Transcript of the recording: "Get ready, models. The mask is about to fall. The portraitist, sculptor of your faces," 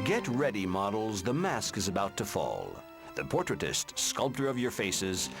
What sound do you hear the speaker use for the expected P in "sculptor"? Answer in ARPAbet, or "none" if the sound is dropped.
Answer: P